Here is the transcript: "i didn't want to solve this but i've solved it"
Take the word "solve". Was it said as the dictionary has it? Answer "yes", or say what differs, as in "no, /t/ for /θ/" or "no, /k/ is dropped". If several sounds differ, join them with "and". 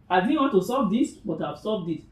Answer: no, /l/ is dropped